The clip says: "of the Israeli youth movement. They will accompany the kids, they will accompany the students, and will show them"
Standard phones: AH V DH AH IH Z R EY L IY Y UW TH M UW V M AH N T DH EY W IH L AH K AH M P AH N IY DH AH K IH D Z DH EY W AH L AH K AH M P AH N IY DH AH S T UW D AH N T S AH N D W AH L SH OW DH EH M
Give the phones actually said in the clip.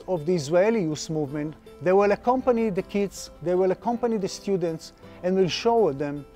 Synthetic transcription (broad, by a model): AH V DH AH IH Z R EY L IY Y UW S M UW V M AH N T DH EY W IH L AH K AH M P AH N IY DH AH K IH D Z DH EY W AH L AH K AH M P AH N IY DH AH S T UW D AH N T S AH N D W AH L SH OW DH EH M